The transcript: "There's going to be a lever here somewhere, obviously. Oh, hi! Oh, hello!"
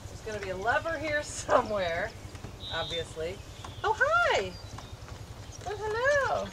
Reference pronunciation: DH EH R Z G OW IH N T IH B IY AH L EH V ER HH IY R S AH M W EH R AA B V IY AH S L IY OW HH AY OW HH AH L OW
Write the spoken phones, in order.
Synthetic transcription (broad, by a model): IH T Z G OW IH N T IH B IY AH L EH V ER HH IY R S AH M W EH R AA B V IY AH S L IY OW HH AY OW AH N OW